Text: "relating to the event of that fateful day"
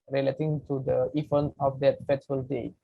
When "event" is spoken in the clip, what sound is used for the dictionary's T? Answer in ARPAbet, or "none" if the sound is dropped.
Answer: none